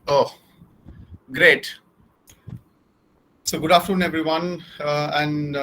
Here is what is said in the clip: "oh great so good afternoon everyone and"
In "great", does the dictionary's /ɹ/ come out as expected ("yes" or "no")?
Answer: yes